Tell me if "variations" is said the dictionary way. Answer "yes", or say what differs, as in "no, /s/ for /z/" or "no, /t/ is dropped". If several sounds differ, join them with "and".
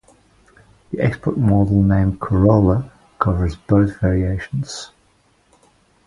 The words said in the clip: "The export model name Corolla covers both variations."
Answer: yes